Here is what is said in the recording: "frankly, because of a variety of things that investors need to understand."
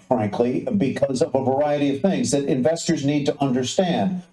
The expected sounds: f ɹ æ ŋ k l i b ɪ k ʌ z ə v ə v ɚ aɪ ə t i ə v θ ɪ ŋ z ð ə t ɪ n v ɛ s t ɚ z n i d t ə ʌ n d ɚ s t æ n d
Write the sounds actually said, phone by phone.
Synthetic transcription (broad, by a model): f ɹ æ ŋ k l i b ɪ k ʌ z ə v ə v ɚ aɪ ə t i ə v θ ɪ ŋ z ð ə t ɪ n v ɛ s t ɚ z n i d t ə ʌ n d ɚ s t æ n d